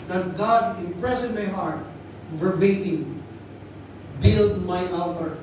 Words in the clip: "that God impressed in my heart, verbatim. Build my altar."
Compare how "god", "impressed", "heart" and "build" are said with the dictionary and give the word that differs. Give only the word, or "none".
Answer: impressed